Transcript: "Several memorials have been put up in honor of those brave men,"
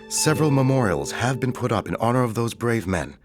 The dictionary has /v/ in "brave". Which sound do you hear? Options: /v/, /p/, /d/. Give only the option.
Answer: /v/